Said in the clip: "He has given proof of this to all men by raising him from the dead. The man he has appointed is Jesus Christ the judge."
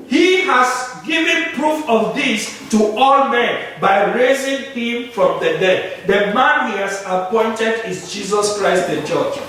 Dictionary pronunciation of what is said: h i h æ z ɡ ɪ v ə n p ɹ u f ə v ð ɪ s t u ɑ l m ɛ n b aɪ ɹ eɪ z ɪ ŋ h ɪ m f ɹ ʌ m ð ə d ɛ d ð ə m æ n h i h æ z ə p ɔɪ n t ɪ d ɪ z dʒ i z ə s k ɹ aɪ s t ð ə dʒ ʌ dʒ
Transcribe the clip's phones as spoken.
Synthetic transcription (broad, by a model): h i h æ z ɡ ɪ v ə n p ɹ u f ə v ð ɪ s t u ɑ l m ɛ n b aɪ ɹ eɪ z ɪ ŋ h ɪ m f ɹ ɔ m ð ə d ɛ d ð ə m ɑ n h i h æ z ə p ɔɪ n t ɪ d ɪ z dʒ i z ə s k ɹ aɪ s t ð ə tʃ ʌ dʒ